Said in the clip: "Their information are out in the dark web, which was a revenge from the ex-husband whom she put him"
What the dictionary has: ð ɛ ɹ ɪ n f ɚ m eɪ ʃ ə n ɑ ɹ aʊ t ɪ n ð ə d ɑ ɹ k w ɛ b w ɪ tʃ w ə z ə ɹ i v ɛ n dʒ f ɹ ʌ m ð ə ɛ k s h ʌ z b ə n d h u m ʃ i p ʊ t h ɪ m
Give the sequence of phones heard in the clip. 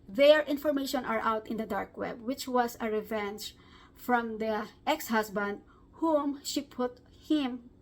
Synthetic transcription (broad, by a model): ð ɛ ɹ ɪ n f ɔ m eɪ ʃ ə n ɑ ɹ aʊ t ɪ n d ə d ɑ ɹ k w ɛ b w ɪ tʃ w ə s ə ɹ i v ɛ n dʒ f ɹ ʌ m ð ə ɛ k s h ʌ s b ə n d h u m ʃ i p ʊ t h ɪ m